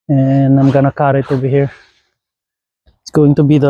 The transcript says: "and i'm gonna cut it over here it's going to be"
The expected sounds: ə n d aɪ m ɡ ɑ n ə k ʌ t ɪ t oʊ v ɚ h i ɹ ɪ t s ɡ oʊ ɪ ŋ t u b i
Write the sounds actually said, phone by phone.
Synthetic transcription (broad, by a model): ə n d aɪ m ɡ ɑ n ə k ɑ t ɪ t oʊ b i h i ɹ ɪ t s ɡ oʊ ɪ ŋ t u b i